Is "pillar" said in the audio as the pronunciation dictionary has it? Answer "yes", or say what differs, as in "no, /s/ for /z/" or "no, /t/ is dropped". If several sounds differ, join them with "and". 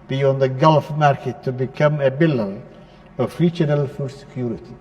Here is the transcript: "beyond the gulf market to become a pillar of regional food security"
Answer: no, /b/ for /p/